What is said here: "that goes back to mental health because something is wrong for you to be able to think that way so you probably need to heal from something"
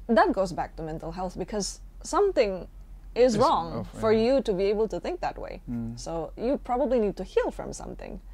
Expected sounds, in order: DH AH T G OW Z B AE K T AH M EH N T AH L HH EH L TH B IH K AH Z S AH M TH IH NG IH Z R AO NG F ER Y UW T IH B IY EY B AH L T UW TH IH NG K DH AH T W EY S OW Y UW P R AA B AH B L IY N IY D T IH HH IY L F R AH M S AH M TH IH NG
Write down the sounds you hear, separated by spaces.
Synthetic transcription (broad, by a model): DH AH T G OW Z B AE K T AH M EH N T AH L HH EH L TH B IH K AH Z S AH M TH IH NG IH Z R AO NG F ER Y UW T IH B IY EY B AH L T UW TH IH NG K DH AH T W EY S OW Y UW P R AA B AH B L IY N IY D T IH HH IY L F R AH M S AH M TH IH NG